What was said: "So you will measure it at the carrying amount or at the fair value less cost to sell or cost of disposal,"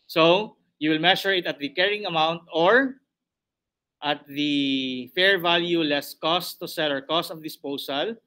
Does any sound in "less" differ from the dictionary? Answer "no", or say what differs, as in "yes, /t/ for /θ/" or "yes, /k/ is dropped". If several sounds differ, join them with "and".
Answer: no